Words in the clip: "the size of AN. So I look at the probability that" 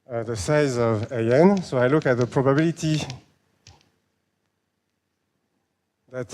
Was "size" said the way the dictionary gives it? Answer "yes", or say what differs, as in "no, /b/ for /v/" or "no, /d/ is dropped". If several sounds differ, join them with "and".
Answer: yes